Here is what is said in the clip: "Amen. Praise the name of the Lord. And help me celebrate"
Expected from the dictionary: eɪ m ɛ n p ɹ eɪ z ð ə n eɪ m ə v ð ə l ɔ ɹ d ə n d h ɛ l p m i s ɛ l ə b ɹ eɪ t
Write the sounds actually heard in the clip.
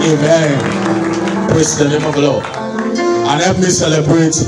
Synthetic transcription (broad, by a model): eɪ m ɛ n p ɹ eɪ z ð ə n eɪ m ə v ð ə l ɔ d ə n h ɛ p m i s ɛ l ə b ɹ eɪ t